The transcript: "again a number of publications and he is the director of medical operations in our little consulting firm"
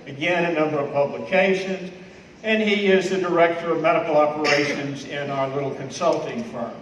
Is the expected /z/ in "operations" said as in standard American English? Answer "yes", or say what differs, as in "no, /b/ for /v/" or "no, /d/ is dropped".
yes